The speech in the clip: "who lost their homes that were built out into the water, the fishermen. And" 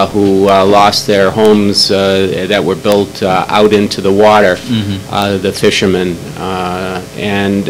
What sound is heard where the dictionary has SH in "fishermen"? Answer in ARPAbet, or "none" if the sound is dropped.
SH